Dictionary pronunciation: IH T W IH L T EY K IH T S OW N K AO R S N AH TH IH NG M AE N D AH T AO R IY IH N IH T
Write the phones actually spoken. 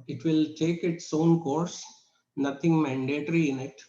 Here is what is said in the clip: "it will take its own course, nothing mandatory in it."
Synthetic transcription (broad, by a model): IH T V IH L T EY K IH T S OW N K AO R S N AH T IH NG M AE N D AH T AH R IY IH N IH T